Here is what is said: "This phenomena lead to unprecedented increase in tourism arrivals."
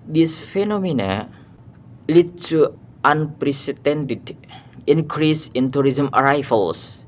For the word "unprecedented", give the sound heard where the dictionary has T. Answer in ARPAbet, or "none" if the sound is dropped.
T